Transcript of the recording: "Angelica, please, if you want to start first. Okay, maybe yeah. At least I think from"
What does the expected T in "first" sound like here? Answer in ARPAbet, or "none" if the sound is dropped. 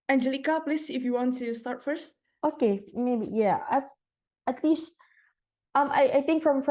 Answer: T